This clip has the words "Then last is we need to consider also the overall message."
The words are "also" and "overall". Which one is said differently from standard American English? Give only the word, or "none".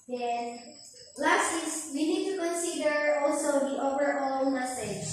overall